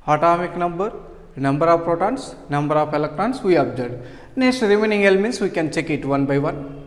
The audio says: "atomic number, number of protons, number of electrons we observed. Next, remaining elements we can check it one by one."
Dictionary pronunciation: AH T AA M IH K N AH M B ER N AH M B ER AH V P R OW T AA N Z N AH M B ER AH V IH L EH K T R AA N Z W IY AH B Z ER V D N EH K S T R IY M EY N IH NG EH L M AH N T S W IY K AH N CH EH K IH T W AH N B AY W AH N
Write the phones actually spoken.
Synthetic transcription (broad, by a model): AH T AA M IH K N AH M B ER N AH M B ER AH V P R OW T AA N S N AH M B ER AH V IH L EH K T R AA N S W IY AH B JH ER D N EH K S T R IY M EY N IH NG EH L M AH N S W IY K AH N CH EH K IH T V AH N B AY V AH N